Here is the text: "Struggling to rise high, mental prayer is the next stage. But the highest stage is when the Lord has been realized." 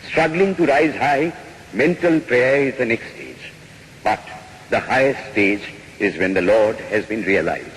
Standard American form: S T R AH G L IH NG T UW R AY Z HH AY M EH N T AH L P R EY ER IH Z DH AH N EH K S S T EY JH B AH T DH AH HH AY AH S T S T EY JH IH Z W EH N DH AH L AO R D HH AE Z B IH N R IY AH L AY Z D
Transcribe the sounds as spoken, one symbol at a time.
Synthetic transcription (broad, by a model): S T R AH G L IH NG T UW R AY Z HH AY M EH N T AH L P R EY ER IH Z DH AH N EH K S S T EY JH B AH T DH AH HH AY AH S T S T EY JH IH Z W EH N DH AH L AO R D HH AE Z B IH N R IY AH L AY Z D